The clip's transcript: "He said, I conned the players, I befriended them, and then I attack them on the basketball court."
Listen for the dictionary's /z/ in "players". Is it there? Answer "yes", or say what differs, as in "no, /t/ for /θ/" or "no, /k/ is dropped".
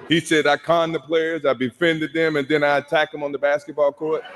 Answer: yes